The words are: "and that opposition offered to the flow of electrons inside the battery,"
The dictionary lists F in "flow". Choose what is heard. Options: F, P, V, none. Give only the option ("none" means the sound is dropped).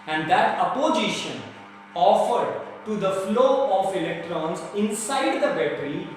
F